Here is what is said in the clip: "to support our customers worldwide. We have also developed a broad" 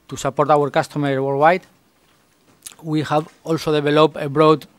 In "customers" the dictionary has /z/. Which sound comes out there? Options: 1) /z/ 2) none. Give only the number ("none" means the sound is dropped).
2